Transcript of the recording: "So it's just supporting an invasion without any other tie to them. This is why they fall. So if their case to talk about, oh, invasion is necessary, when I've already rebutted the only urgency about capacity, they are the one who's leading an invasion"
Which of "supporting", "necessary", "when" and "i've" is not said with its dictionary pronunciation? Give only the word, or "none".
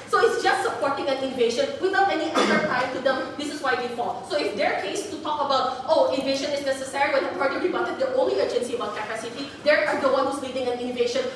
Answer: i've